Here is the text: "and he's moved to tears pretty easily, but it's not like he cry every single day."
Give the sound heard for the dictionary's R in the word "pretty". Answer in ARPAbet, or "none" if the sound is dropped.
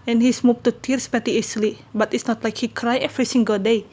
none